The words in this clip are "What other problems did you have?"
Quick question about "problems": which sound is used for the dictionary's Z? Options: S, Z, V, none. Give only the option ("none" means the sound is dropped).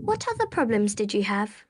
Z